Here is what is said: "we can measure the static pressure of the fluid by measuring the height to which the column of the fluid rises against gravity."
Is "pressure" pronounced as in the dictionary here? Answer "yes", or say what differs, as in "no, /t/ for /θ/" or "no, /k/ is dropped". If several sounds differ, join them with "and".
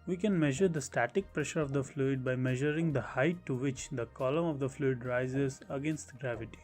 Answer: yes